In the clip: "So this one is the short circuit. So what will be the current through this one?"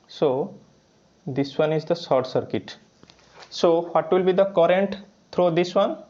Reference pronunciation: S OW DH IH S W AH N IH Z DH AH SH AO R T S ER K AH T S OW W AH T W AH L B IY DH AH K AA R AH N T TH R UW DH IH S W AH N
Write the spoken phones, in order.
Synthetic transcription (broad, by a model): S OW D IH S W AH N IH Z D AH S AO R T S ER K AH T S OW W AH T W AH L B IY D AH K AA R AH N T T R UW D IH S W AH N